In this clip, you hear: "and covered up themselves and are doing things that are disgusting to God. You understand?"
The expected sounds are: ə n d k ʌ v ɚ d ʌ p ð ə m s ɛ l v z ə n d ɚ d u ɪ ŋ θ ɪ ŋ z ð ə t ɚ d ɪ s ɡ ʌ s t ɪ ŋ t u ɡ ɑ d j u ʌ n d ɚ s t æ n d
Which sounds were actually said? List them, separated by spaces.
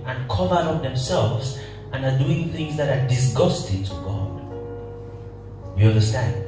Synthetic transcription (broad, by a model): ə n k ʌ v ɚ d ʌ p ð ə m s ɛ l v z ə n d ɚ d u ɪ ŋ θ ɪ ŋ z ð ə t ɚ d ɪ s ɡ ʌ s t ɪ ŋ t u ɡ ɑ d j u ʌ n d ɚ s t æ n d